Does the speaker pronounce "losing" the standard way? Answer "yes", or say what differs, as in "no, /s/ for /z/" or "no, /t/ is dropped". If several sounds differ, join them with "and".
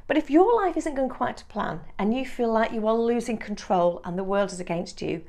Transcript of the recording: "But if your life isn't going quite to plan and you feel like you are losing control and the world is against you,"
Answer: yes